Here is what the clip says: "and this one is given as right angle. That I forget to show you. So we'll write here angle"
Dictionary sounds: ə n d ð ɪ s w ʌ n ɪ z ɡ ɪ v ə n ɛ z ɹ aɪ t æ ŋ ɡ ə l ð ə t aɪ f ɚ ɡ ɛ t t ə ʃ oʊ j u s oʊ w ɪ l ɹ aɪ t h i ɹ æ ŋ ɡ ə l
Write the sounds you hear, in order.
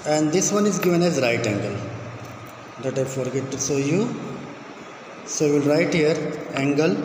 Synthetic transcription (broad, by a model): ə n d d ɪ s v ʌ n ɪ z ɡ ɪ v ə n ɛ z ɹ aɪ t æ ŋ ɡ ə l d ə t aɪ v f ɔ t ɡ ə s oʊ j u s oʊ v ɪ l ɹ aɪ t h i ɹ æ ŋ ɡ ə l